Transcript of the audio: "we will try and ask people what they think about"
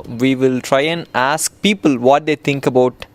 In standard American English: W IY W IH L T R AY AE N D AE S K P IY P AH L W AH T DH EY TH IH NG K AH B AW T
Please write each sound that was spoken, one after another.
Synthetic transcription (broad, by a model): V IY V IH L T R AY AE N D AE S K P IY P AH L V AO T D EY T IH NG K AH B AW T